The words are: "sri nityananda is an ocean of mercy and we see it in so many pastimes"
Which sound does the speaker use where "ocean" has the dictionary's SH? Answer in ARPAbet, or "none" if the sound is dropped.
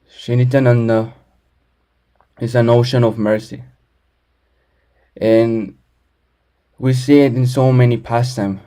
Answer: SH